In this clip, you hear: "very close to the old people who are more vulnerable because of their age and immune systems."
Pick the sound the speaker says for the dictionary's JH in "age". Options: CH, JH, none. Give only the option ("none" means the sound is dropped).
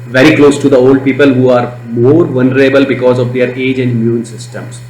JH